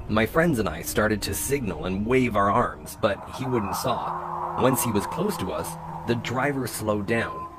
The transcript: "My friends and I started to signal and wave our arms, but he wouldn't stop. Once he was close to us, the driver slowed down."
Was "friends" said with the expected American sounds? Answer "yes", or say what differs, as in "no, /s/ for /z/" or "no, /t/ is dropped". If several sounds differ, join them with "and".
yes